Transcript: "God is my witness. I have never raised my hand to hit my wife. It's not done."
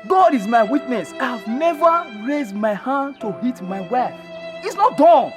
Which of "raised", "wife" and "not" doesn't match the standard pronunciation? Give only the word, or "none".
wife